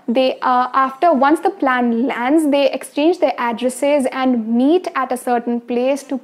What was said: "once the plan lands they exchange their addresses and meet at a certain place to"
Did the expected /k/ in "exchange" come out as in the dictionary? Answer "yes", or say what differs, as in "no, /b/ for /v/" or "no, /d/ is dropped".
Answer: yes